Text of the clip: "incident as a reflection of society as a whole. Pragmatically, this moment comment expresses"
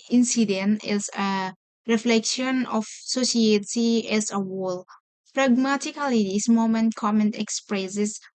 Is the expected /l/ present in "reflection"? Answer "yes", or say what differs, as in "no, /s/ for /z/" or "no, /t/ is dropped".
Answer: yes